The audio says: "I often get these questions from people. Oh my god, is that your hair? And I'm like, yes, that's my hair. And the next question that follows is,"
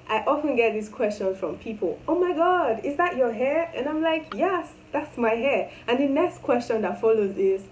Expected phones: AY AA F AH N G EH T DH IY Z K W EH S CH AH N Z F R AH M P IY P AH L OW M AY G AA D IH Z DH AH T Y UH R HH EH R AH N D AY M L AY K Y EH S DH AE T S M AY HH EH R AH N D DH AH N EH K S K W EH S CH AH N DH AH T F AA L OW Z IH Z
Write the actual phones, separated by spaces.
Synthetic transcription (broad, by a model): AY AA F AH N G EH T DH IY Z K W EH S CH AH N Z F R AH M P IY P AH L OW M AY G AA D IH Z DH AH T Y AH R HH EH R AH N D AY M L AY K Y EH S DH AE T S M AY HH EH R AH N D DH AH N EH K S K W EH S CH AH N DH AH T F AA L OW Z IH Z